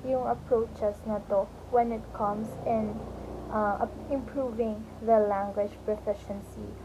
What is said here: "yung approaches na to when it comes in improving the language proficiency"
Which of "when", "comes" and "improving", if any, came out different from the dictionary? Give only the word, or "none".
comes